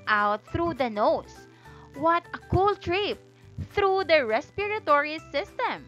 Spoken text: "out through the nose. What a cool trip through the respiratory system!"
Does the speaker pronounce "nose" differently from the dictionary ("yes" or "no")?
yes